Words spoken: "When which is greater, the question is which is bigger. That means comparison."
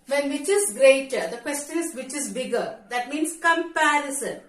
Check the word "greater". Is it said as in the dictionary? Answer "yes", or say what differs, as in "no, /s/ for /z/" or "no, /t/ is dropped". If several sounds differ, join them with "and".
yes